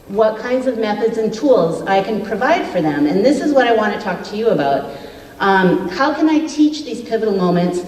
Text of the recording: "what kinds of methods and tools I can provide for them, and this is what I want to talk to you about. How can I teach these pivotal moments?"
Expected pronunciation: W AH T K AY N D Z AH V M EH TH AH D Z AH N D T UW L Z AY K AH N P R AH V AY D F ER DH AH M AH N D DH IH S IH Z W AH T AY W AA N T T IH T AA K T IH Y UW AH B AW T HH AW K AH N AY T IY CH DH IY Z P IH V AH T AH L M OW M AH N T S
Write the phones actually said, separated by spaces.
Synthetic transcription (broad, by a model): W AH T K AY N D Z AH V M EH TH AH D Z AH N T UW L Z AY K AH N P R AH V AY D F ER DH AH M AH N DH IH S IH Z W AH T AY W AA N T T IH T AA K T IH Y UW AH B AW T HH AW K AH N AY T IY CH DH IY Z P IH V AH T L M OW M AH N T S